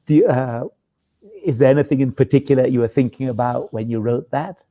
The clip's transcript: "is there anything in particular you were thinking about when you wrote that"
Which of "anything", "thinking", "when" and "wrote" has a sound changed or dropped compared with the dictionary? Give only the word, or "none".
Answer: none